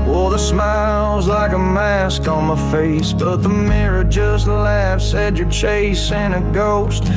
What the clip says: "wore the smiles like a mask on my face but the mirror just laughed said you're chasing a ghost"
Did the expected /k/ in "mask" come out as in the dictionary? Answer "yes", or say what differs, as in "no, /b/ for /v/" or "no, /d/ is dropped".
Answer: yes